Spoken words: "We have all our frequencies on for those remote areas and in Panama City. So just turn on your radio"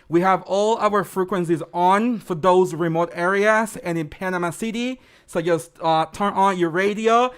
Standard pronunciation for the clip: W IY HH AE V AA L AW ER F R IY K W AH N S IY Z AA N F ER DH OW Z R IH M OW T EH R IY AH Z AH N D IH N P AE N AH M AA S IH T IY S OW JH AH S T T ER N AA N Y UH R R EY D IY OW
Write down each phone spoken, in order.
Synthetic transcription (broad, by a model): W IY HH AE V AA L AW ER F R IY K W AH N S IY Z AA N F ER DH OW Z R IH M OW T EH R IY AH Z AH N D IH N P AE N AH M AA S IH T IY S OW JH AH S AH T ER N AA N Y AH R R EY D IY OW